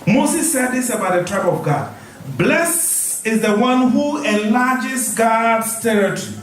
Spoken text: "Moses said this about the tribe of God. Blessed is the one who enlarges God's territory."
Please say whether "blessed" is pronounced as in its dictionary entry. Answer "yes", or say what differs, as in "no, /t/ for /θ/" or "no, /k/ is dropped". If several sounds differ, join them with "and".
no, /t/ is dropped